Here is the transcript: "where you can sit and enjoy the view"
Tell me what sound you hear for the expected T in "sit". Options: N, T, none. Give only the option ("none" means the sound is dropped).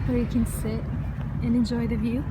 none